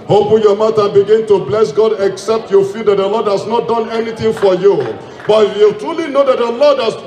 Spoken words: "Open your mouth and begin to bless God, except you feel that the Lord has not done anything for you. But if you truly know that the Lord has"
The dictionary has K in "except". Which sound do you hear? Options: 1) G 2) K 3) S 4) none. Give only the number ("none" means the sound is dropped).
2